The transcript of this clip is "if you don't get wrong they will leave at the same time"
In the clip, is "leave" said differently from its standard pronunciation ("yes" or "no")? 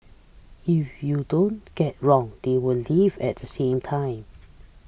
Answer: no